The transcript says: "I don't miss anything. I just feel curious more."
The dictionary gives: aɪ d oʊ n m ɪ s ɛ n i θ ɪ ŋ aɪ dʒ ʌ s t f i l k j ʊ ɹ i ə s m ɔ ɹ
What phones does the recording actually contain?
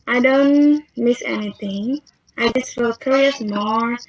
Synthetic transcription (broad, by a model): aɪ d oʊ n m ɪ s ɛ n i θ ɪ ŋ aɪ dʒ ʌ s t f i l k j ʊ ɹ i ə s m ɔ ɹ